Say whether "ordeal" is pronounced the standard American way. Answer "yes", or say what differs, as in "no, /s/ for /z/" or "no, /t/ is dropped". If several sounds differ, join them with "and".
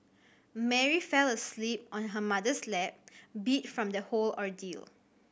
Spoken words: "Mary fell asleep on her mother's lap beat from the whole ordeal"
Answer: yes